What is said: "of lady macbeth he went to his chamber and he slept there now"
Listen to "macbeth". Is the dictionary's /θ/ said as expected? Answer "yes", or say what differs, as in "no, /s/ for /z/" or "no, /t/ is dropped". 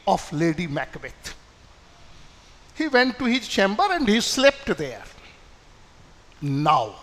no, /t/ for /θ/